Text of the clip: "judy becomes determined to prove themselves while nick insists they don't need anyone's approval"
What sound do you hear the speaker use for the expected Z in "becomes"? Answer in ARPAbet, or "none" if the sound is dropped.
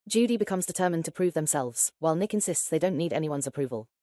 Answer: Z